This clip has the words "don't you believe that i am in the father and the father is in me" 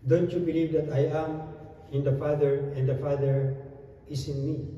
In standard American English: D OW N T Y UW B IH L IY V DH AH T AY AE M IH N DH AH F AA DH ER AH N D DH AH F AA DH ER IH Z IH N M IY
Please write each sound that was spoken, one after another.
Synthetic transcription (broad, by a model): D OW N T Y UW B IH L IY V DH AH T AY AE M IH N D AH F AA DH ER AH N D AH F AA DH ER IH S IH N M IY